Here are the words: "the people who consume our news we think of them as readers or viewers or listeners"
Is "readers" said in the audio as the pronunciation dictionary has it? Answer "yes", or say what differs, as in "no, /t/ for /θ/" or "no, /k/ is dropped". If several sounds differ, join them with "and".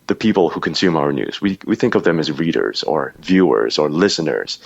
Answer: yes